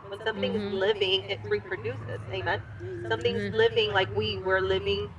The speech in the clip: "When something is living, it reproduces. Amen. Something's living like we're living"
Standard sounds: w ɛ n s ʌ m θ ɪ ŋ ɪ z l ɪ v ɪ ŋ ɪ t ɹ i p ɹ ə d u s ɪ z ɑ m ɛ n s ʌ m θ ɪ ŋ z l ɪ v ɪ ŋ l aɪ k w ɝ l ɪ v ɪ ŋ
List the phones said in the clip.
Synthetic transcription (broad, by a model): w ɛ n s ʌ m θ ɪ ŋ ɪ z l ɪ v ɪ ŋ ɪ t ɹ i p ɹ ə d u s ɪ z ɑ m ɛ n s ʌ m θ ɪ ŋ z l ɪ v ɪ ŋ l aɪ k w ɝ l ɪ v ɪ ŋ